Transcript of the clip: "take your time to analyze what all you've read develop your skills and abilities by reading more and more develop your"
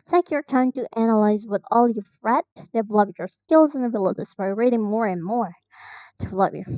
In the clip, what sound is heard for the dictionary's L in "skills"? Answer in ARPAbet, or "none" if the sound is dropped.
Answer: L